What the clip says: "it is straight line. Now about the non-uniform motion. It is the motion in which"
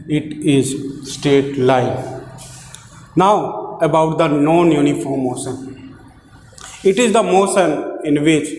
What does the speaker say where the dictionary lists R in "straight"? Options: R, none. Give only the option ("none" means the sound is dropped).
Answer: none